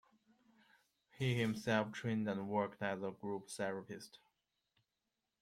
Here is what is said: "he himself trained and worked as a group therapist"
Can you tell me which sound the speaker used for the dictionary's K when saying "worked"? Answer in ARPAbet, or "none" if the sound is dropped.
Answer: K